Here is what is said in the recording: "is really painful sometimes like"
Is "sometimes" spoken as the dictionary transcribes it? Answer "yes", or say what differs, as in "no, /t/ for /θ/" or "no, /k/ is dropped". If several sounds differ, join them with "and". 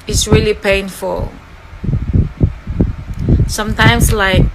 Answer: no, /s/ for /z/